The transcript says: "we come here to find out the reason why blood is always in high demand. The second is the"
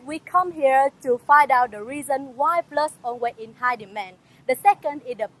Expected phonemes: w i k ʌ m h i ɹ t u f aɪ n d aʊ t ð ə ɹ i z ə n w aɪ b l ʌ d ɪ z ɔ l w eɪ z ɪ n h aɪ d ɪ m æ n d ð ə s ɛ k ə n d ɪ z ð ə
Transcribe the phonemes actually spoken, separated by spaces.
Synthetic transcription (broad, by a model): w i k ʌ m h i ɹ t u f aɪ n d aʊ t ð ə ɹ i z ə n w aɪ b l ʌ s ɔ n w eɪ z ɪ n h aɪ d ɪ m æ n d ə s ɛ k ə n d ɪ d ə